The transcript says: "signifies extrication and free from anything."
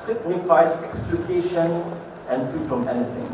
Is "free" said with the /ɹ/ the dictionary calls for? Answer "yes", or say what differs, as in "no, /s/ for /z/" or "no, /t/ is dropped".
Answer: no, /ɹ/ is dropped